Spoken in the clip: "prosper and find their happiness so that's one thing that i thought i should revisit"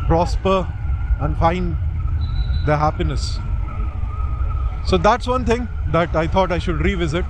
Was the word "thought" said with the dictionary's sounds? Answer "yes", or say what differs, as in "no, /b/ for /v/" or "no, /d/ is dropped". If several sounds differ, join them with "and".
no, /t/ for /θ/